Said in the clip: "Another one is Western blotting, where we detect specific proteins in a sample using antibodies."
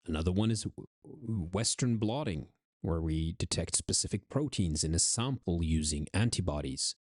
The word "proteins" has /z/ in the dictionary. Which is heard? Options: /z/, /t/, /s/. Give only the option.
/z/